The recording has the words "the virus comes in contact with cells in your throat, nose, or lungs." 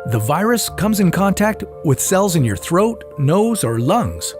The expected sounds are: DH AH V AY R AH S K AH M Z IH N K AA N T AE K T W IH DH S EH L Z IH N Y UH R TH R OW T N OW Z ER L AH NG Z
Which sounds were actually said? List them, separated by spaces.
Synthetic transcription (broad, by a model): DH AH V AY R AH S K AH M Z IH N K AA N T AE K T W IH DH S EH L Z IH N Y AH R TH R OW T N OW Z ER L AH NG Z